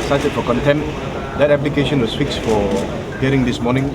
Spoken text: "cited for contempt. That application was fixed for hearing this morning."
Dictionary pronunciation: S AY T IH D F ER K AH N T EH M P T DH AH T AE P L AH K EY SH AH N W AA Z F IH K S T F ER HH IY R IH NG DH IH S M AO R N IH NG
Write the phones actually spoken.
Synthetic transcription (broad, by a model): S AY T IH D F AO K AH N T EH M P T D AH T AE P L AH K EY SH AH N W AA S F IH K S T F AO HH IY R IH NG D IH S M AO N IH NG